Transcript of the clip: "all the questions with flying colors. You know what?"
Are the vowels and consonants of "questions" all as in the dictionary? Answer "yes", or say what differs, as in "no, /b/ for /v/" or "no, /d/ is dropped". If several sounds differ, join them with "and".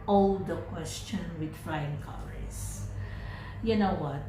no, /z/ is dropped